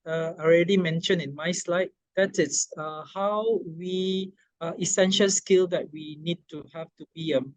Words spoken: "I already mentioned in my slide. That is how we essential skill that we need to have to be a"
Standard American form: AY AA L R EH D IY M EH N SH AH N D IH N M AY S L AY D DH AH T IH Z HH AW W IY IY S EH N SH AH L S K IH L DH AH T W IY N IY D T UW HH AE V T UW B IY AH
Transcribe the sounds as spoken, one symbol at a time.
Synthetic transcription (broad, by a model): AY AA L R EH D IY M EH N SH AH N IH N M AY S L AY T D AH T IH S HH AW W IY IY S EH N SH AH L S K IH L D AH T W IY N IY D T UW HH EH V T UW B IY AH